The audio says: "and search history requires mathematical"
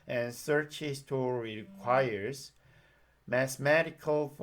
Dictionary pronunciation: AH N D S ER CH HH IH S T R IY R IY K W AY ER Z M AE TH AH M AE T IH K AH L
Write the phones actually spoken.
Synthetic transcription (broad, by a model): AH N S ER CH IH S T IY R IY K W AY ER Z M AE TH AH M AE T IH K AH L